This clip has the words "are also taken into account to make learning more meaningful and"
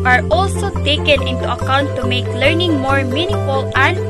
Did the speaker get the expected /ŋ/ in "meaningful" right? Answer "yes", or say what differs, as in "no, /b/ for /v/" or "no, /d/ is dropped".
no, /ŋ/ is dropped